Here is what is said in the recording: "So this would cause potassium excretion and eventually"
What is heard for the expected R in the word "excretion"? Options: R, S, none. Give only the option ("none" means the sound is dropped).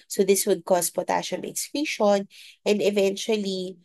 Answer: none